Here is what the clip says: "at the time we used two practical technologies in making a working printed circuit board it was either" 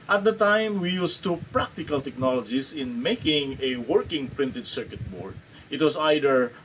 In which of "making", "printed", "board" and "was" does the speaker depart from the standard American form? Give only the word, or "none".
was